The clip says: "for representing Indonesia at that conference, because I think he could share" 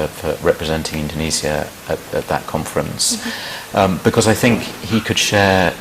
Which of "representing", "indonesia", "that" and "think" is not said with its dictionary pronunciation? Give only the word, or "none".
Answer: indonesia